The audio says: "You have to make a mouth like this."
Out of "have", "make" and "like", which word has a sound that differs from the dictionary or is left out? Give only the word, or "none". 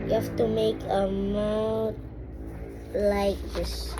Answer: have